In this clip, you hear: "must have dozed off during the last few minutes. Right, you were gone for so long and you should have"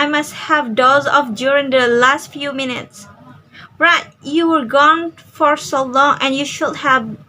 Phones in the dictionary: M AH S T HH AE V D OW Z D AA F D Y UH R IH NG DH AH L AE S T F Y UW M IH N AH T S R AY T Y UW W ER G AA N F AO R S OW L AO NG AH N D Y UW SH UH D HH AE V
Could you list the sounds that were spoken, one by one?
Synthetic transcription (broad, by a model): M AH S T HH AE V D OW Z AA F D Y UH R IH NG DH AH L AE S T F Y UW M IH N AH T S R AY T Y UW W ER G AA N F AO R S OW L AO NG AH N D Y UW SH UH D HH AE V